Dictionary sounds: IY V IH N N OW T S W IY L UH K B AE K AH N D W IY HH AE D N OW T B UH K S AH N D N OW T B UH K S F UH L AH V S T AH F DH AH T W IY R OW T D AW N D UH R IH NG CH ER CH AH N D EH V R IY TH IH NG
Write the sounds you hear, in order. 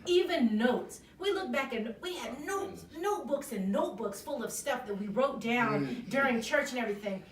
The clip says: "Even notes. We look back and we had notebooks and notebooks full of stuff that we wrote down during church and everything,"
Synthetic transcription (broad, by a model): IY V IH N N OW T S W IY L UH K B AE K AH N W IY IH D N OW T B UH K S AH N N OW T B UH K S F UH L AH V S T AH F DH AH T W IY R OW T D AW N D UH R IH NG CH ER CH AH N EH V R IY TH IH NG